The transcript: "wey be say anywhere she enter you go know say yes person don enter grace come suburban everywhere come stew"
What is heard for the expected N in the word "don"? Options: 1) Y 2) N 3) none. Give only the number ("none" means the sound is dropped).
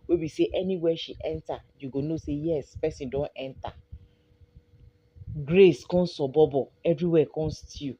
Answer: 2